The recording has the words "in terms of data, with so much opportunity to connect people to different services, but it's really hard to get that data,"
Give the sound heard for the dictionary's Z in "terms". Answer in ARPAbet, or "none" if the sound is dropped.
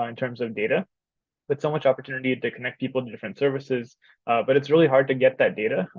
Z